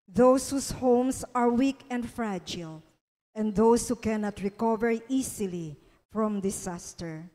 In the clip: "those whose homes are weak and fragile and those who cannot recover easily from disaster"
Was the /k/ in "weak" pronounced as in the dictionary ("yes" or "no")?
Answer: yes